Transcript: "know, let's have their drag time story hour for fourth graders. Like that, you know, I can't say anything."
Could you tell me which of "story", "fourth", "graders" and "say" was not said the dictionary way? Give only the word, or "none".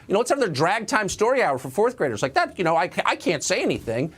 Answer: none